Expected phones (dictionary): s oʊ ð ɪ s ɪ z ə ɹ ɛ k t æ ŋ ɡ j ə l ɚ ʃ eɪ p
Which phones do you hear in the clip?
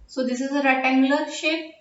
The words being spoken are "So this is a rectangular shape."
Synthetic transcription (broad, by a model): s oʊ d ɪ s ɪ z ə ɹ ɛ t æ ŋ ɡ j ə l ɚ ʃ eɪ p